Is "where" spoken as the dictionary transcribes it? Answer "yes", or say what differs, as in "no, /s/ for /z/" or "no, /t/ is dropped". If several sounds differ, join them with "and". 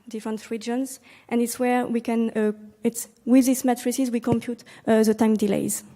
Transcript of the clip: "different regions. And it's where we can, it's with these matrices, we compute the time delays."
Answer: yes